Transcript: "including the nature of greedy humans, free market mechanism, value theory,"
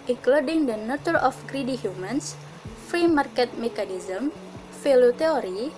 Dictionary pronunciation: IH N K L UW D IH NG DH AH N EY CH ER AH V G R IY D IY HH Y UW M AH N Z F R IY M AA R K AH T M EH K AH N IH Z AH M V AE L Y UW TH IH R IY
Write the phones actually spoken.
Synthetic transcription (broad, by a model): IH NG K L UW D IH NG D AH N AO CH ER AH F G R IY D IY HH Y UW M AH N S F R IY M AA R K AH T M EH K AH N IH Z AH M F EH L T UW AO R IY